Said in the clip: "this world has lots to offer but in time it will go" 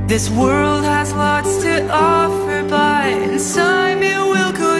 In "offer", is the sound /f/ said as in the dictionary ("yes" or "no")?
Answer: yes